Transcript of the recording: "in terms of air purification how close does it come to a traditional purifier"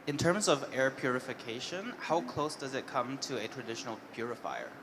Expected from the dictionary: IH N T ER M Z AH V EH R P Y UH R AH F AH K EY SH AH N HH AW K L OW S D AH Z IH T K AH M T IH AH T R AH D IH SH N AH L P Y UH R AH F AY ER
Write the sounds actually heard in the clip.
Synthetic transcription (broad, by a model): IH N T ER M Z AH V EH R P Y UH R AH F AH K EY SH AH N HH AW K L OW S D AH Z IH T K AH M T IH AH T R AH D IH SH N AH L P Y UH R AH F AY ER